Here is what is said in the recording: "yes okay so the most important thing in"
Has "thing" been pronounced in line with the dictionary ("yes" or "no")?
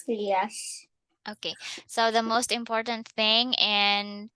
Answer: yes